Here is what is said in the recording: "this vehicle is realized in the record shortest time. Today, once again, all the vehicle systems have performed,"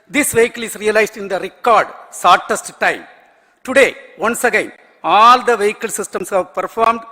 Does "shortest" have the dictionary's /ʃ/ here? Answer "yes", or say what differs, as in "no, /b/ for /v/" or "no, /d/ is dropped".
no, /s/ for /ʃ/